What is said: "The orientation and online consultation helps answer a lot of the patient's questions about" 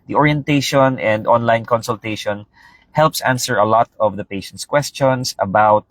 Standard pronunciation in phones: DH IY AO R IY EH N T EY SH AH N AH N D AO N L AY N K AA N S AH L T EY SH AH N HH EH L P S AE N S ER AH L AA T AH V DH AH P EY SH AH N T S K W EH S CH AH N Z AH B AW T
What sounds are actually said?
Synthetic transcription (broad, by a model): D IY AO R IY EH N T EY SH AH N AH N D AO N L AY N K AA N S AH L T EY SH AH N HH EH L P S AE N S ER AH L AA T AH V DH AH P EY SH AH N T S K W EH S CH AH N S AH B AW T